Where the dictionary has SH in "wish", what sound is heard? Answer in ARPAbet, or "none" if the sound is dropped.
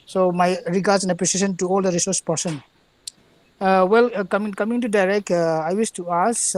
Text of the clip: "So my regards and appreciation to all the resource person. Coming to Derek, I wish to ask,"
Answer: S